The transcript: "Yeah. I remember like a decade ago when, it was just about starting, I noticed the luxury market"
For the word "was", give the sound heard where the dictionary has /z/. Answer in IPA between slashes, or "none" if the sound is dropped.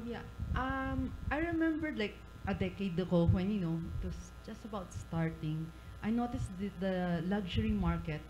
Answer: /s/